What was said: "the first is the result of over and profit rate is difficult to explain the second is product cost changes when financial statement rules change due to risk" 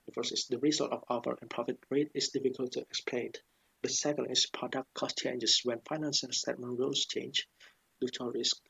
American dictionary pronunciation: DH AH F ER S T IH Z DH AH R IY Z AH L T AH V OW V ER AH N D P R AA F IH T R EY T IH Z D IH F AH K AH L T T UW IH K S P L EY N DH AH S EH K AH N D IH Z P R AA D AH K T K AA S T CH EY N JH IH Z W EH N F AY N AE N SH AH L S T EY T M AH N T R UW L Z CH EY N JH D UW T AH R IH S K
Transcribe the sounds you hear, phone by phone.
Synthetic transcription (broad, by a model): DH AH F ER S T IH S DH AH R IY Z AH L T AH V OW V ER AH N P R AA F IH T R EY T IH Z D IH F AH K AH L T T UW IH K S P L EY N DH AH S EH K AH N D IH S P R AA D AH K T K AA S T CH EY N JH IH S W EH N F AY N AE N S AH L S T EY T M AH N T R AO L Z CH EY N JH D UW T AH R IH S K